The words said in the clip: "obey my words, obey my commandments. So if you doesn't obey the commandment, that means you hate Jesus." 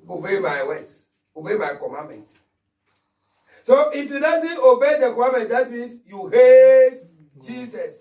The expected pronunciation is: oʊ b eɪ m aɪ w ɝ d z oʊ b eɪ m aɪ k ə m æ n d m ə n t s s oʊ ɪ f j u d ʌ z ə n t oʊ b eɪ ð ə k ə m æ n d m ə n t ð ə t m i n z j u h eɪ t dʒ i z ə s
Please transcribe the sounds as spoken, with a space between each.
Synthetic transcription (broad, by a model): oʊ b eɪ m aɪ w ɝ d oʊ b eɪ m aɪ k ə m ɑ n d m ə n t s s oʊ ɪ f j u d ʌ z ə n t oʊ b eɪ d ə k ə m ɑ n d m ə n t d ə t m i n s j u h eɪ t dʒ i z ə s